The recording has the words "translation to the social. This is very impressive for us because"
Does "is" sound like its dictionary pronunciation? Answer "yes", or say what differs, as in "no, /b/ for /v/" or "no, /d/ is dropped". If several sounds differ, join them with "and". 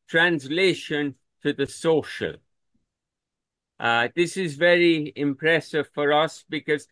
yes